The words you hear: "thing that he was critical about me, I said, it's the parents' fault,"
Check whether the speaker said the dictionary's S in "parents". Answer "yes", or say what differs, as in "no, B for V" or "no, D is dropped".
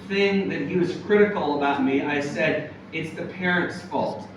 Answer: yes